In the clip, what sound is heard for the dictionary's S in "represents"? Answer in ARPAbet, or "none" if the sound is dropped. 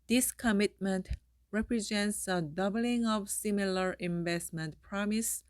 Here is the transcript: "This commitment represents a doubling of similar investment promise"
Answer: S